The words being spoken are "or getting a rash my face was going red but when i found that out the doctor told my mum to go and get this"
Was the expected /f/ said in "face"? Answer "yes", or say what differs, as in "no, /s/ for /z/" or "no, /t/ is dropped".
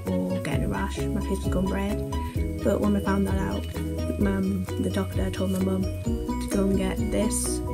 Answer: no, /p/ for /f/